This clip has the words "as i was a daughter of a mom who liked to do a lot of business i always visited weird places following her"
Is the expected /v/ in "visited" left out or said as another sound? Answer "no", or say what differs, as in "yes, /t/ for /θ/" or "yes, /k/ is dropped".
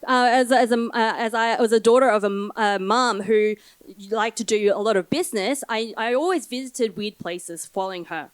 no